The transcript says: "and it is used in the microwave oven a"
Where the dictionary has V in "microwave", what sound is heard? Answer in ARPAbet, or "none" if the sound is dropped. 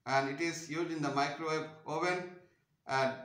B